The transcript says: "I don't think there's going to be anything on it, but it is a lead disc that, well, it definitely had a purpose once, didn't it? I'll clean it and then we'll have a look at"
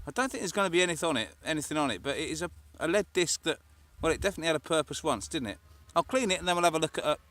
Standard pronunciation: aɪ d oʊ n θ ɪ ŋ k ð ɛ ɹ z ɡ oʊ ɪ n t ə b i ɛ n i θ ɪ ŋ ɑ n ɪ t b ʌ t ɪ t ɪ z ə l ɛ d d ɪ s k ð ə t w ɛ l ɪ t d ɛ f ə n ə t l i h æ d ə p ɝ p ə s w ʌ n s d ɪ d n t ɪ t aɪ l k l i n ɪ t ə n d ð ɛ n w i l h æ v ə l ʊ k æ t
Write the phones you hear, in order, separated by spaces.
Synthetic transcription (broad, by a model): aɪ d oʊ n θ ɪ ŋ k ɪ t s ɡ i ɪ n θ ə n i ɛ n i θ ɪ ŋ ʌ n ɪ t b ʌ t ɪ t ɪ z ə l ɛ d d ɪ s k ð ə t w ɛ l ɪ t d ɛ f ə n ə t l i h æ d ə p ɝ p ə s w ʌ n s d ɪ d n t ɪ t aɪ l k l i n ɪ t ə n ð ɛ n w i l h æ v ə l ʊ k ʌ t